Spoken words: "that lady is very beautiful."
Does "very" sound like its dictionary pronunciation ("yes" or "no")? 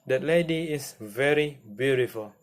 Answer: yes